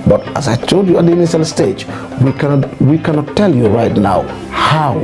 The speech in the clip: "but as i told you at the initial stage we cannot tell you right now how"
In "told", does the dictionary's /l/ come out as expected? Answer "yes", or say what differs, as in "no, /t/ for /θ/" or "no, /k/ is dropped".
no, /l/ is dropped